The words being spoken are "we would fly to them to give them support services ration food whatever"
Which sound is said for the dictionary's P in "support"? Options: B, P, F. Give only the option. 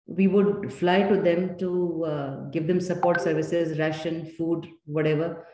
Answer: P